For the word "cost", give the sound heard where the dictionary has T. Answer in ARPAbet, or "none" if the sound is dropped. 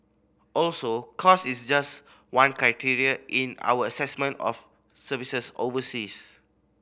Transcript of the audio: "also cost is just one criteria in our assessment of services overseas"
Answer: none